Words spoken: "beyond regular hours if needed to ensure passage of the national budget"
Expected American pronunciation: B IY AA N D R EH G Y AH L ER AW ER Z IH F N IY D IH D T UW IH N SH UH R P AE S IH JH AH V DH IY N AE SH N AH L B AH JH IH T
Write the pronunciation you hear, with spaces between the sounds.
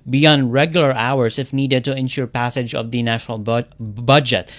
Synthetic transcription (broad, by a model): B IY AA N D R EH G Y AH L ER AW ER S IH F N IY D IH D T UW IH N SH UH R P AE S IH JH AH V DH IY N AE SH N AH L B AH JH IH T